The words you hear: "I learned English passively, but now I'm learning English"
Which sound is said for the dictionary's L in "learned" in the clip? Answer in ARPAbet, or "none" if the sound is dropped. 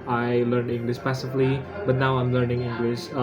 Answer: L